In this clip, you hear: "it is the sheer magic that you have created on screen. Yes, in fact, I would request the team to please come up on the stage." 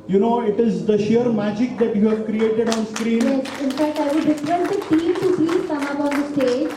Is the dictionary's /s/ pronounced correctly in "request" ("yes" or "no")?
no